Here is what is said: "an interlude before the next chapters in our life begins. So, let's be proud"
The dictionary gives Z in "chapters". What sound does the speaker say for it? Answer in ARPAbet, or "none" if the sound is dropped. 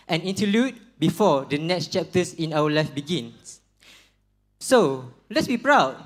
S